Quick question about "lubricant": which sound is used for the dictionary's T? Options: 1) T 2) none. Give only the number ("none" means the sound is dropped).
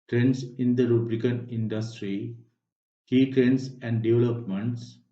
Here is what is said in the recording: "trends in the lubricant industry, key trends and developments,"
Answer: 2